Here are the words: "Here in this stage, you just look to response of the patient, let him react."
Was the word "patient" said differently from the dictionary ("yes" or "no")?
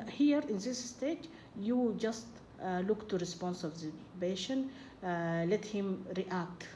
yes